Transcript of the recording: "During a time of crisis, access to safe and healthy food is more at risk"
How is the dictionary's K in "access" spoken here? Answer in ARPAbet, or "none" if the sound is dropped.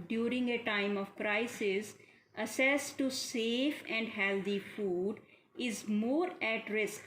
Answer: none